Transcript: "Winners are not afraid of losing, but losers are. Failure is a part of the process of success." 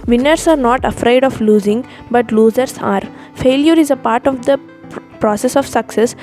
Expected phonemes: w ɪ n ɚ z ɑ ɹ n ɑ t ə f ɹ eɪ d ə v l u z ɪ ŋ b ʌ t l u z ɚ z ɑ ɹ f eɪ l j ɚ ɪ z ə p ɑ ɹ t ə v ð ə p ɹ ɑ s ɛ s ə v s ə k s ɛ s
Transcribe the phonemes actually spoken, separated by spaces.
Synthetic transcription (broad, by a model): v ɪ n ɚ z ɑ ɹ n ɑ t ə f ɹ eɪ d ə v l u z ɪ ŋ b ʌ t l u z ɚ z ɑ ɹ f eɪ l j ɚ ɪ z ə p ɑ ɹ t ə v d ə p ɹ ɑ s ɛ s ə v s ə k s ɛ s